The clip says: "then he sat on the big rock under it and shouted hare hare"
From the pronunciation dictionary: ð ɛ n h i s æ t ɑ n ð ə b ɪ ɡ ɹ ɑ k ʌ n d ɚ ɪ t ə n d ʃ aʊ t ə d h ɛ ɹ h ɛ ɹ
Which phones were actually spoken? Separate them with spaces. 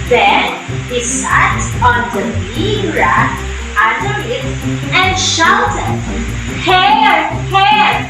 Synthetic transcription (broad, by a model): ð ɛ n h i s æ t ɑ n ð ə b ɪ ɹ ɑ ʌ d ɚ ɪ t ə n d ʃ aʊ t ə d h ɛ ɹ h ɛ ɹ